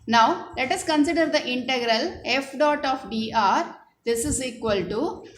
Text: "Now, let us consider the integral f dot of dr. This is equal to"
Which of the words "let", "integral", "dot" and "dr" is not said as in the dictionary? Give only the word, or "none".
dr